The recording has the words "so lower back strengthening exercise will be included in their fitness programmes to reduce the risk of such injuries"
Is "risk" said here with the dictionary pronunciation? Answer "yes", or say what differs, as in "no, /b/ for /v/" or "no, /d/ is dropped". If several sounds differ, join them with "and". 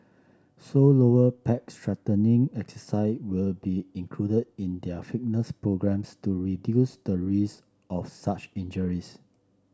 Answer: no, /k/ is dropped